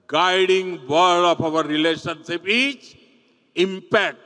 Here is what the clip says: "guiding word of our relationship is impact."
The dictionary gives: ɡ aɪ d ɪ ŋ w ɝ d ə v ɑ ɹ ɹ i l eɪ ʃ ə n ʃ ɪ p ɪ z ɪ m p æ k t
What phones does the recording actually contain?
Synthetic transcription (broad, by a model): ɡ aɪ d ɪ ŋ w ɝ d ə p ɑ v ɹ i l eɪ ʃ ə n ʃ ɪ p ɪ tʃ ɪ m p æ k t